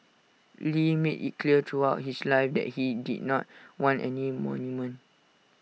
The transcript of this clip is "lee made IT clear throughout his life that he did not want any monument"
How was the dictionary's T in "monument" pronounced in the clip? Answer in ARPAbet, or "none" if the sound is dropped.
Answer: none